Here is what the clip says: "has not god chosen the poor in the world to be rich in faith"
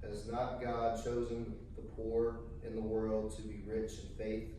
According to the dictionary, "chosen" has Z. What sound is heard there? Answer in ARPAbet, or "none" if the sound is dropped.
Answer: Z